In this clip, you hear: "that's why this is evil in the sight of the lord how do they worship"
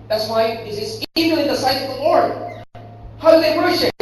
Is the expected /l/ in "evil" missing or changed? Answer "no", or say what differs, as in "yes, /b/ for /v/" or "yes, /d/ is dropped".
yes, /n/ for /l/